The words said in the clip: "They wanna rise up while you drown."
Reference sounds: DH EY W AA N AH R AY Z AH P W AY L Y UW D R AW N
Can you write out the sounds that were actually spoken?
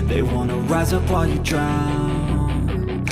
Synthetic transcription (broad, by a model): DH EY W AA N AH R AY Z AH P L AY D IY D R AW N